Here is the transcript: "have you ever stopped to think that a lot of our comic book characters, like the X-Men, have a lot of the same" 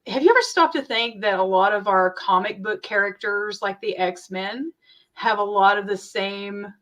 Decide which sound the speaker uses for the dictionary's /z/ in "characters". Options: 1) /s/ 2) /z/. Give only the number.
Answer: 2